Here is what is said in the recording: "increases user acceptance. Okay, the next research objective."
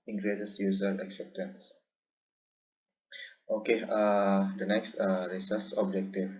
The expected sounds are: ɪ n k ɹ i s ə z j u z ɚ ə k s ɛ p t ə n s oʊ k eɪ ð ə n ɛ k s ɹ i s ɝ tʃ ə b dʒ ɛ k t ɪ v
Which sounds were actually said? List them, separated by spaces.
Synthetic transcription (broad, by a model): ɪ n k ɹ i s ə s j u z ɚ ə k s ɛ p t ə n s oʊ k eɪ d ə n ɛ k s ɹ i s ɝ s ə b dʒ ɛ k t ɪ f